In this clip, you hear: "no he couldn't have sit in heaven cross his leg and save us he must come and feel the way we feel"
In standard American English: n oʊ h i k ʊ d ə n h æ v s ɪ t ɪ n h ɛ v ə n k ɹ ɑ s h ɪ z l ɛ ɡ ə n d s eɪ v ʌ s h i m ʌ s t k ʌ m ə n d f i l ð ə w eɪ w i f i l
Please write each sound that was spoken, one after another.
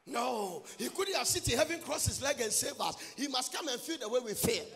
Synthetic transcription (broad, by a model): n oʊ h i k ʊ d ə n h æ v s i t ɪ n h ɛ v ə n k ɹ ɑ s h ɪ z l ɛ ɡ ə n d s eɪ b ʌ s h i m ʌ s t k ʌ m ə n f i l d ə w eɪ w i f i